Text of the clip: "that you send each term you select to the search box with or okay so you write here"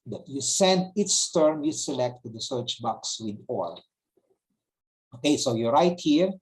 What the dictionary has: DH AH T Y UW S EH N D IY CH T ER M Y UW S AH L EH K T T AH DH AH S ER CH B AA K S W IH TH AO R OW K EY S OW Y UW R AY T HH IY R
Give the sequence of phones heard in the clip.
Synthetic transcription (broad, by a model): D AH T Y UW S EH N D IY S T ER M Y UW S AH L EH K T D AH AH S ER CH B AA K S W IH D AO L OW K EY S OW Y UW R AY T HH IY R